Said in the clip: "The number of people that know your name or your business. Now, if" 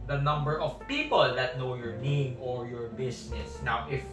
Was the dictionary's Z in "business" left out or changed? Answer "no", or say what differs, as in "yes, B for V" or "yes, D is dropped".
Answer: yes, S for Z